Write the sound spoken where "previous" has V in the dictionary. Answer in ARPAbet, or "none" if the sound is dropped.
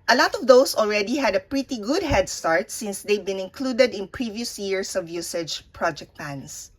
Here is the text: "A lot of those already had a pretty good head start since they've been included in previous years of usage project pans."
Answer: V